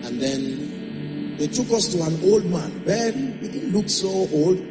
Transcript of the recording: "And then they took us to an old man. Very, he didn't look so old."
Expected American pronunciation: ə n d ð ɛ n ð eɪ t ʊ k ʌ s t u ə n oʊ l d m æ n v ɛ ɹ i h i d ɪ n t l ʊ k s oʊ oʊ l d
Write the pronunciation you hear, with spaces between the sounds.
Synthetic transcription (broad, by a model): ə n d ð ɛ n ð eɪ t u k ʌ s t u ə n oʊ l d m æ n b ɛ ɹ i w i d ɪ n l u k s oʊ oʊ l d